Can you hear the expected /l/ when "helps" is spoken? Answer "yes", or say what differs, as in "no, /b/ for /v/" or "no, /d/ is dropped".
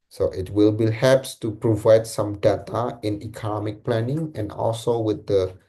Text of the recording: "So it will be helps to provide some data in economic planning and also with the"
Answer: no, /l/ is dropped